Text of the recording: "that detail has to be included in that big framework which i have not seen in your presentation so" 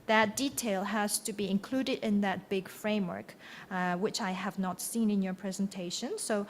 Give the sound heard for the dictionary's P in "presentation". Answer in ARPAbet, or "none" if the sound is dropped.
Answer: P